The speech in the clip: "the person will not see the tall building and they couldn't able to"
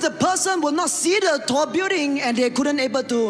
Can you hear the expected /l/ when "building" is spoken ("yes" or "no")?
no